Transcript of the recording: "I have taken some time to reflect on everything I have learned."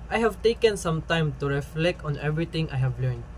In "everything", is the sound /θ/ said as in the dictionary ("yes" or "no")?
no